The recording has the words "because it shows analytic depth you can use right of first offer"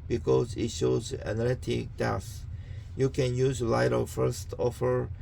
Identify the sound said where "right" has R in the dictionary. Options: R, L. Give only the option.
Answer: L